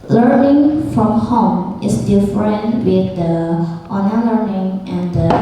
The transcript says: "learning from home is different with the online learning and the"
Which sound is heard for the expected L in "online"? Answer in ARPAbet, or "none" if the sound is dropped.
none